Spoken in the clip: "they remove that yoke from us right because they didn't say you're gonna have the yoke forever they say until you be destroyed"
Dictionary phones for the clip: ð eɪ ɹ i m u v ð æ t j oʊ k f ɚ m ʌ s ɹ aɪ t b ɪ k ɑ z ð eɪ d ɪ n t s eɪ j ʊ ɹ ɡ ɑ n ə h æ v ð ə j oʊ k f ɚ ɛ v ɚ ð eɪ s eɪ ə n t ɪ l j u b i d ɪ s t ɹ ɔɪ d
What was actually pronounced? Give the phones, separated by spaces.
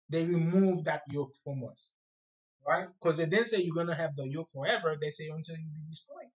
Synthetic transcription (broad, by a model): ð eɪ ɹ i m u v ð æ t j oʊ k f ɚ m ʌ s ɹ aɪ t k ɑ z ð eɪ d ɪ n s eɪ j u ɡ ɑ n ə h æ v ð ə j oʊ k f ɚ ɛ v ɚ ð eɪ s eɪ ə n t ɪ l j u b i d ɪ s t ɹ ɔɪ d